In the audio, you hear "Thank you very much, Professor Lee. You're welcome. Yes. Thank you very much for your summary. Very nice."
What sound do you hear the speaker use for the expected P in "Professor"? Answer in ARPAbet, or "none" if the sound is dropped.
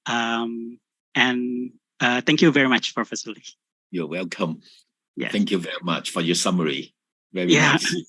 F